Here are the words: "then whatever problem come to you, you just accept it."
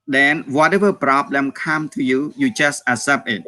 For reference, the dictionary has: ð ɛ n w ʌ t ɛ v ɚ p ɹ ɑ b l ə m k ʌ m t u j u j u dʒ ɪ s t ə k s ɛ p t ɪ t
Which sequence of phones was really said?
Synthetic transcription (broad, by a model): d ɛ n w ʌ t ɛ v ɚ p ɹ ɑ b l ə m k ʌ m t u j u j u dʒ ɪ s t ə s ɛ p ɪ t